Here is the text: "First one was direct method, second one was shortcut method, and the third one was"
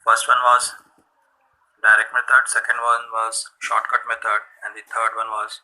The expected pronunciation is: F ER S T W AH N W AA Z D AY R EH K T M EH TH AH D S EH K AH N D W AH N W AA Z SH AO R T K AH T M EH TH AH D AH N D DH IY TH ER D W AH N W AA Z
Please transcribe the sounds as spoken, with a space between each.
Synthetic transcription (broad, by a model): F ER S T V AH N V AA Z D AY R EH K T M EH T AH D S EH K AH N D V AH N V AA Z SH AO R T K AH T M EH T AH D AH N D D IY T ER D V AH N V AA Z